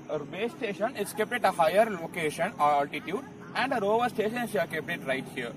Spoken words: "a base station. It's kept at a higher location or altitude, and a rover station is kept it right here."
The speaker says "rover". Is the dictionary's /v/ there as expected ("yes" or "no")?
yes